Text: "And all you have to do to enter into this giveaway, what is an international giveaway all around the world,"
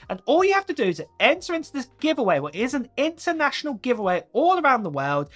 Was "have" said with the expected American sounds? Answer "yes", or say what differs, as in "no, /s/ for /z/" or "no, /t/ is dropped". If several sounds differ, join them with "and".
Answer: no, /f/ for /v/